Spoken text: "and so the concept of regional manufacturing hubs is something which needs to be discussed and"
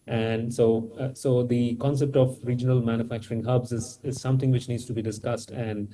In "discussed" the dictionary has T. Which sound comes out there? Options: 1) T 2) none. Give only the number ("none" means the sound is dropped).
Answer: 1